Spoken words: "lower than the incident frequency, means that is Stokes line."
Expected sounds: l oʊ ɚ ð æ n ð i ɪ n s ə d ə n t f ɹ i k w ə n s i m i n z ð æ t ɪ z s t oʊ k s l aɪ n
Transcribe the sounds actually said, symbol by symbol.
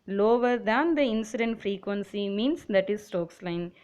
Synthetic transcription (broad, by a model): l oʊ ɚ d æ n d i ɪ n s ə d ə n t f ɹ i k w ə n s i m i n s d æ t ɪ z s t oʊ k s l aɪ n